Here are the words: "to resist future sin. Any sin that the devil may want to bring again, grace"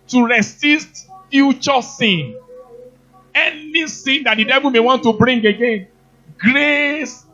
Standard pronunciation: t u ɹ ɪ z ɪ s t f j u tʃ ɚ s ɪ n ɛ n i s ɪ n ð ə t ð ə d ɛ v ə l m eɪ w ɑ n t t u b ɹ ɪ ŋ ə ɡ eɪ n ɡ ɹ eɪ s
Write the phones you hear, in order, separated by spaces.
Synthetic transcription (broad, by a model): t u ɹ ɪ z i s t f j u tʃ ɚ s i n ɛ n i s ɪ n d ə t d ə d ɛ v ə l m eɪ w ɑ n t t u b ɹ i ŋ ə ɡ eɪ n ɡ ɹ eɪ s